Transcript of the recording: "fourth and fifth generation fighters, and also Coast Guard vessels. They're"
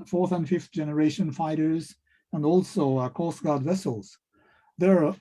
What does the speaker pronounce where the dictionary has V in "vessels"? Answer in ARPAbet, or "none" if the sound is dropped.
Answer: V